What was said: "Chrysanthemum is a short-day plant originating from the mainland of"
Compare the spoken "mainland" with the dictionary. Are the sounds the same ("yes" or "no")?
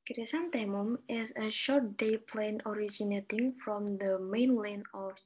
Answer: no